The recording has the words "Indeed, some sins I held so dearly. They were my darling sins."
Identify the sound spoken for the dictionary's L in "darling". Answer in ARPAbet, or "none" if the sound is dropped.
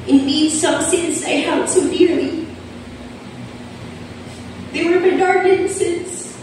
none